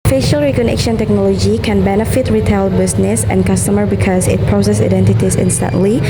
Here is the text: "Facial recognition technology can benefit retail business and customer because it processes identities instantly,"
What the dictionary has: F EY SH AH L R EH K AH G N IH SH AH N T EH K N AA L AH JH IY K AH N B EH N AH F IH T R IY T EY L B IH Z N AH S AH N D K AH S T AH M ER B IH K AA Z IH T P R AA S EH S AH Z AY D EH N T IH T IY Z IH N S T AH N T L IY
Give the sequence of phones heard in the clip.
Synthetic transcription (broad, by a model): F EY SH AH L R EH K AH N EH SH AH N T EH K N AA L AH JH IY K AH N B EH N AH F IH T R IY T EY L B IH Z N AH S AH N K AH S T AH M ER B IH K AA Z IH T P R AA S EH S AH IH D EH N T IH T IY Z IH N S T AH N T L IY